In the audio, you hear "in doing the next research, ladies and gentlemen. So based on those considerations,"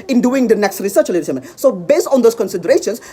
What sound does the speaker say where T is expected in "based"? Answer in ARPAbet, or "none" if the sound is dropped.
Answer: T